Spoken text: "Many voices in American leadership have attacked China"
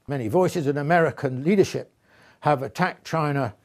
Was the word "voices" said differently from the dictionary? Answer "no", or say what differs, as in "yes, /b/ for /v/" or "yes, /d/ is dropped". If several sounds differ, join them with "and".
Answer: no